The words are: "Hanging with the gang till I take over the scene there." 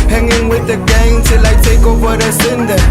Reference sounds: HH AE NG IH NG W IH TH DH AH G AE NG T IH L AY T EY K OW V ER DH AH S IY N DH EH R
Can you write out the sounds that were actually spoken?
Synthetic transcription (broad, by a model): HH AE NG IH NG W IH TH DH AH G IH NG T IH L AY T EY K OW W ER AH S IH N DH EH